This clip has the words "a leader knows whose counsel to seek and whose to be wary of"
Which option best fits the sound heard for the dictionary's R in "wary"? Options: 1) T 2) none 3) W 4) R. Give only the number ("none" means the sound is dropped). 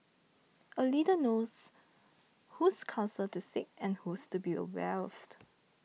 3